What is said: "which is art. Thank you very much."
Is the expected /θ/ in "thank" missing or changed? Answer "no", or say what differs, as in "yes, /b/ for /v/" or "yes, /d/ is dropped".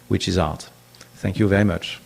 no